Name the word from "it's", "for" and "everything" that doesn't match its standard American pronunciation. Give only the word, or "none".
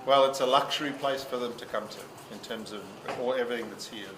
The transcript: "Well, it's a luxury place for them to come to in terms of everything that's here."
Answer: none